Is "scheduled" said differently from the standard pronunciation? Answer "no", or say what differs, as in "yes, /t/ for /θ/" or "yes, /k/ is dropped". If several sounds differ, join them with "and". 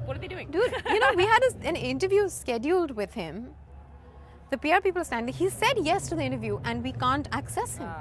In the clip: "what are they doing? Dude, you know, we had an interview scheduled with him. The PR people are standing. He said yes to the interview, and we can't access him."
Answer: no